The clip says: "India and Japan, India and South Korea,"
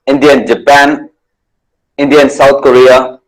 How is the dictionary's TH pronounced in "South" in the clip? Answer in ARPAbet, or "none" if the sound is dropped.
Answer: T